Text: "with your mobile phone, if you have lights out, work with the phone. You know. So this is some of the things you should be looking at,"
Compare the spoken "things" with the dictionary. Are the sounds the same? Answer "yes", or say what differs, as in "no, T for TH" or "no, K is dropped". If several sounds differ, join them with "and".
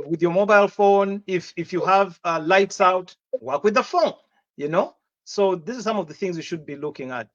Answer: yes